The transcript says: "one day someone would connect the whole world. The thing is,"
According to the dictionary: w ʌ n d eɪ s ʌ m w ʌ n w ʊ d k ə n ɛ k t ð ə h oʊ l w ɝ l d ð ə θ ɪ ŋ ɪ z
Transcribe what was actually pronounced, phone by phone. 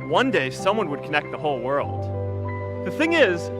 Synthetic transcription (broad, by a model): w ʌ n d eɪ s ʌ m w ʌ n w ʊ d k ə n ɛ k t ð ə h oʊ l w ɝ l d ð ə θ ɪ ŋ ɪ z